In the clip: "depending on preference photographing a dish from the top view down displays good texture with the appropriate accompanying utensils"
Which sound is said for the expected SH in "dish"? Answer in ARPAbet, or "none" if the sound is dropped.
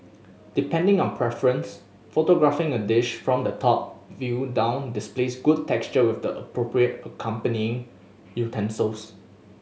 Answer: SH